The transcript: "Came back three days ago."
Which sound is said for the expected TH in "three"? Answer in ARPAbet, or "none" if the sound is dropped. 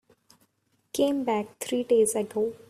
T